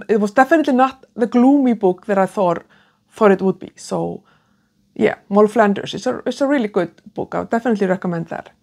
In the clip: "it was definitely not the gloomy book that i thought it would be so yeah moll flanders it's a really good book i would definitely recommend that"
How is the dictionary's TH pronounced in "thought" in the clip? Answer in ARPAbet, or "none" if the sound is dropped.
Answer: TH